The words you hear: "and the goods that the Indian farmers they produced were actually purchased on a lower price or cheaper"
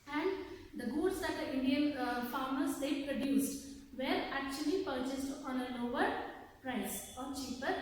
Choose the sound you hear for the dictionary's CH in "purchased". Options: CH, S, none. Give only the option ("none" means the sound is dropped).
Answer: CH